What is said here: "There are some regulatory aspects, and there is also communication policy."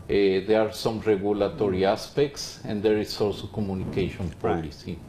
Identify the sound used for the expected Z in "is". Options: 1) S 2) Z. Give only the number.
1